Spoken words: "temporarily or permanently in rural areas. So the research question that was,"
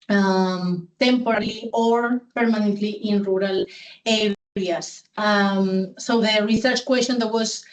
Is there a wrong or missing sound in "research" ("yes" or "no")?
no